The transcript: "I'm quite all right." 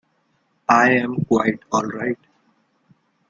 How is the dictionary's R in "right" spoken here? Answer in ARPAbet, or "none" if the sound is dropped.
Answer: R